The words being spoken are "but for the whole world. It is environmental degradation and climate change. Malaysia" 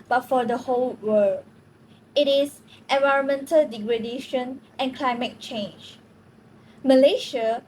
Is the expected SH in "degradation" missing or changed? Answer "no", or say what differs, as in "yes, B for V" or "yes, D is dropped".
no